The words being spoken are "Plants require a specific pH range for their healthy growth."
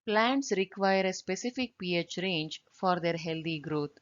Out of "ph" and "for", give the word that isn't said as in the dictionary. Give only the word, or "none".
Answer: none